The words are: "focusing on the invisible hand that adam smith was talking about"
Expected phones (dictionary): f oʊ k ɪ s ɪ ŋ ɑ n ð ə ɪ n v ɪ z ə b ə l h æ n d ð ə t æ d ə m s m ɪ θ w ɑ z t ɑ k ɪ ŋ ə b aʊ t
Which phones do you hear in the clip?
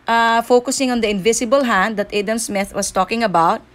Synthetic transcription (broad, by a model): f oʊ k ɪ s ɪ ŋ ɑ n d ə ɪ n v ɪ s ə b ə l h æ n d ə t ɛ d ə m s m ɪ θ w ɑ s t ɑ k ɪ ŋ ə b aʊ t